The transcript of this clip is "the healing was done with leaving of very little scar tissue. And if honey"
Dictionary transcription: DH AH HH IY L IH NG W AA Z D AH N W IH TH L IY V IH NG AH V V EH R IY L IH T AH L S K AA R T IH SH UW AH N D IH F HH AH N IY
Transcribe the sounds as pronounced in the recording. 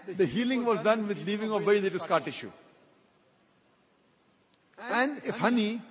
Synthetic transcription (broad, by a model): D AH HH IY L IH NG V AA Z D AH N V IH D L IY V IH NG AH V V EH IY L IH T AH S K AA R T IH SH UW AH N D IH F HH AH N IY